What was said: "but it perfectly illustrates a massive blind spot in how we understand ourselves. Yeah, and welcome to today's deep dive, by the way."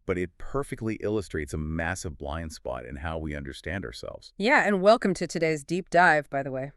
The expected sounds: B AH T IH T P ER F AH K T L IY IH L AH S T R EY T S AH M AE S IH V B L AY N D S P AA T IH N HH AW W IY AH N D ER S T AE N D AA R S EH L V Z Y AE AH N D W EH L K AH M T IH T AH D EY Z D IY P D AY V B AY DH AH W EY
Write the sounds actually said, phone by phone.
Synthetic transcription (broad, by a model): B AH T IH T P ER F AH K T L IY IH L AH S T R EY T S AH M AE S IH V B L AY N D S P AA T IH N HH AW W IY AH N D ER S T AE N D AA R S EH L V Z Y AE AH N W EH L K AH M T IH T AH D EY Z D IY P D AY V B AY DH AH W EY